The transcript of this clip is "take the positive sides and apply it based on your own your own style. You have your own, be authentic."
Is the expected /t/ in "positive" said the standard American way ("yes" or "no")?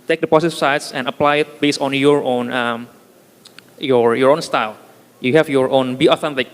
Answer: no